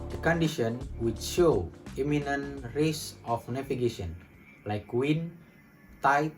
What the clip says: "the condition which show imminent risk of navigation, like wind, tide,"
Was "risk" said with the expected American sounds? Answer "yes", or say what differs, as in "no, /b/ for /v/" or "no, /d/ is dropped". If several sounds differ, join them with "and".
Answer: no, /k/ is dropped